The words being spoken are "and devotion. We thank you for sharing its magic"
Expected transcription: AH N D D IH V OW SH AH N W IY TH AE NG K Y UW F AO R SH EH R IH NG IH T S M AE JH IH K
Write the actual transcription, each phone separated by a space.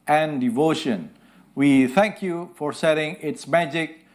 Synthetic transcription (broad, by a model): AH N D D IH V OW SH AH N W IY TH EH NG K Y UW F AO R S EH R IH NG IH T S M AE JH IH K